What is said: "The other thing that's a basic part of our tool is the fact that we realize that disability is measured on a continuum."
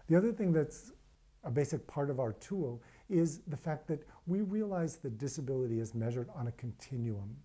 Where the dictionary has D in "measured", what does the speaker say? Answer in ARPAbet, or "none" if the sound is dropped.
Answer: D